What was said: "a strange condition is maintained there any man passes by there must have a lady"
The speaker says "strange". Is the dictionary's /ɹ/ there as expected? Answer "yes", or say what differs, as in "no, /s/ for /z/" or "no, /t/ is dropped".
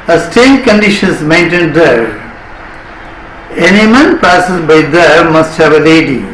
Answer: no, /ɹ/ is dropped